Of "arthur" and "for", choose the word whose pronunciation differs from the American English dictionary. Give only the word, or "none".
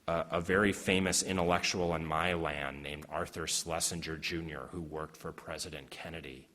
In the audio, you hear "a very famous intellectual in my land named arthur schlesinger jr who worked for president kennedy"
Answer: none